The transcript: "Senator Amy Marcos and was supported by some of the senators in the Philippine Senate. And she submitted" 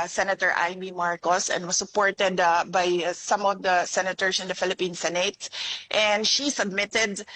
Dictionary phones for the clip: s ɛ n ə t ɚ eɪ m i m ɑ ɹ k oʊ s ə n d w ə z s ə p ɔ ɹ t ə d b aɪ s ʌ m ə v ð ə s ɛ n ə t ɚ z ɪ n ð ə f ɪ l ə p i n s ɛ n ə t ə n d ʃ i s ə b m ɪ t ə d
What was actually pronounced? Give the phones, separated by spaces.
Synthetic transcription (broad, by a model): s ɛ n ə t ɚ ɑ m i m ɑ ɹ k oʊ s ə n d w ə s ə p ɔ ɹ t ə d b aɪ s ʌ m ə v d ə s ɛ n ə t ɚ s ɪ n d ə f ɪ l ə p i n s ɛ n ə t ə n d ʃ i s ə b m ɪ t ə d